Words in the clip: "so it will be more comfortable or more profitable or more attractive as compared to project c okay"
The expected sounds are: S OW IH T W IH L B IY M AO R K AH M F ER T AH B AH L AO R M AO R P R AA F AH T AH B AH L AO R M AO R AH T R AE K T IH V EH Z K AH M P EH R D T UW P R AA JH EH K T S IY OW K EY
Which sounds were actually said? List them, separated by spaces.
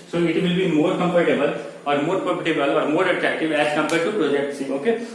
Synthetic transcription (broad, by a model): S OW IH T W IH L B IY M AO R K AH M P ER T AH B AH L AO R M AO R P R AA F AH T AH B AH L AO R M AO R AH T R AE K T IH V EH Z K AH M P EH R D T UW P R AA JH EH K T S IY OW K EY